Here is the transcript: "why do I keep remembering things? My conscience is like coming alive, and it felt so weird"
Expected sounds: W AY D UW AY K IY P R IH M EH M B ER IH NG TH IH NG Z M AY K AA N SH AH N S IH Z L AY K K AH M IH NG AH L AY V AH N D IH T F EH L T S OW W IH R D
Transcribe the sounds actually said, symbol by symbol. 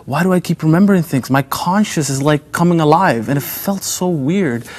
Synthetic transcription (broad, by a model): W AY D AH AY K IY P R IH M EH M B ER IH NG TH IH NG S M AY K AA N SH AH S IH Z L AY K K AH M IH NG AH L AY V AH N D IH T F EH L T S OW W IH R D